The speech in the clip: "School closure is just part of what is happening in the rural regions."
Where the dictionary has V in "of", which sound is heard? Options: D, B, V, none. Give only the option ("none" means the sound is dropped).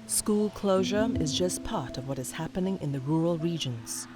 V